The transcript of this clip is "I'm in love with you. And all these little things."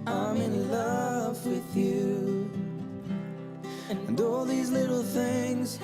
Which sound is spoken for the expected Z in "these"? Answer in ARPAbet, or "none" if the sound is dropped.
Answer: Z